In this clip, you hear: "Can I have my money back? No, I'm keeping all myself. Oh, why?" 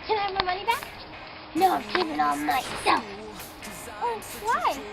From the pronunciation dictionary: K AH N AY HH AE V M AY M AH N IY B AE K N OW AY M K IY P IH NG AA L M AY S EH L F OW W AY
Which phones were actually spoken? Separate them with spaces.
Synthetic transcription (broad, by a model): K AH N AY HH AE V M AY M AH N IY B AE K N OW AY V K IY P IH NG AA N M AY S EH L F OW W AY